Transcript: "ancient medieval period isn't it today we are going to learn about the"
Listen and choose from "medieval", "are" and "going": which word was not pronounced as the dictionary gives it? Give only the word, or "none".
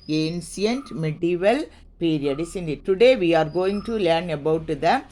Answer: none